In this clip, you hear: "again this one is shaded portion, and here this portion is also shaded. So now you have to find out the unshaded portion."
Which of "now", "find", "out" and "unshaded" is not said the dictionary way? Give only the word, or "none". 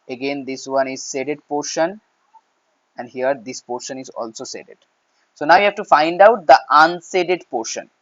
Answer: unshaded